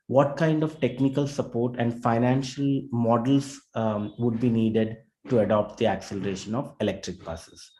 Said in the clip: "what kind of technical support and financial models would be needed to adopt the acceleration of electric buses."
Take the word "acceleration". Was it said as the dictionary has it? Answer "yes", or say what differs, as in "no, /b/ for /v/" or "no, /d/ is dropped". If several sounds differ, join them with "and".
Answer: yes